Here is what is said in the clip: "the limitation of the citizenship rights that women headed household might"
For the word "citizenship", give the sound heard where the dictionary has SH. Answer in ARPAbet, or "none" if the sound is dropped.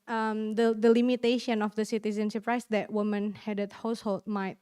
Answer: S